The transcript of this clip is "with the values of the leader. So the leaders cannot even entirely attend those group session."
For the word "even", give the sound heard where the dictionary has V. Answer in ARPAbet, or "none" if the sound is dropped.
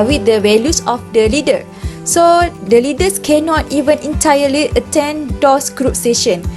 V